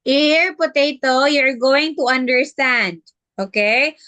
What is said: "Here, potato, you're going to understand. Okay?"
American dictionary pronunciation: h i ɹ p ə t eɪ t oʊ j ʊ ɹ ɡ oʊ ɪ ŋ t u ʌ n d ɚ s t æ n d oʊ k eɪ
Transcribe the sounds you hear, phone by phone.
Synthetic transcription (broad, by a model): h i ɹ p ə t eɪ t oʊ j ʊ ɹ ɡ oʊ ɪ ŋ t u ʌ n d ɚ s t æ n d oʊ k eɪ